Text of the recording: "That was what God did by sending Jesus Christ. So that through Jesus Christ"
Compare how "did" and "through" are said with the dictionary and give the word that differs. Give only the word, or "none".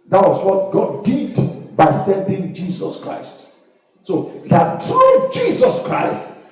through